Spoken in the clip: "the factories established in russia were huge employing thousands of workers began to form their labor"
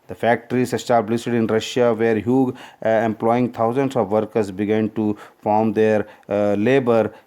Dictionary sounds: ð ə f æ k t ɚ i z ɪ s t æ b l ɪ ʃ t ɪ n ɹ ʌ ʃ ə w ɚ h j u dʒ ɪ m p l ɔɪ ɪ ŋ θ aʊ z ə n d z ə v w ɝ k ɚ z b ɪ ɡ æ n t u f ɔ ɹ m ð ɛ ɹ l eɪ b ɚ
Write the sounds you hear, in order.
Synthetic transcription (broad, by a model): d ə f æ k t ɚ i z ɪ s t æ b l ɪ s t ɪ n ɹ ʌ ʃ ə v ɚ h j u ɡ ɪ m p l ɔɪ ɪ ŋ t aʊ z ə n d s ə v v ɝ k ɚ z b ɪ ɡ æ n t u f ɔ ɹ m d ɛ ɹ l eɪ b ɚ